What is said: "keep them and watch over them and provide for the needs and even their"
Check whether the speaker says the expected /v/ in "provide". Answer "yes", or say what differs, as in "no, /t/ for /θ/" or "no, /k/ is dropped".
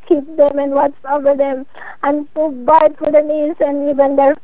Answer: no, /b/ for /v/